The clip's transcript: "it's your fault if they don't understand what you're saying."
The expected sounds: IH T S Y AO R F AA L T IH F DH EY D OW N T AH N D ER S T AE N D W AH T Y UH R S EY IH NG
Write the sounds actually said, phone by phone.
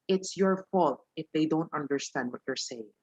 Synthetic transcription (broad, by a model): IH T S Y AO R F AA L T IH F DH EY D OW N T AH N D ER S T AE N D W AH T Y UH R S EY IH NG